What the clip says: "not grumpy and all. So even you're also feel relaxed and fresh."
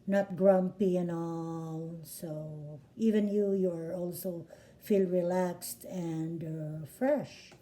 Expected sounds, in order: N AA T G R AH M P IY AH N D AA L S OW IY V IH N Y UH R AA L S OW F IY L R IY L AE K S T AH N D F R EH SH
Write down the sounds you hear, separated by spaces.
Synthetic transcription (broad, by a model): N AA T G R AH M P IY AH N AA L S OW IY V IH N Y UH R AA L S OW F IY L R IY L AE K S T AH N D F R EH SH